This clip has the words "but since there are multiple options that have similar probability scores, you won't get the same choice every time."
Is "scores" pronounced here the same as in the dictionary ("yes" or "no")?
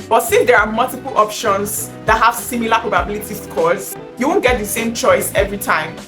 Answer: no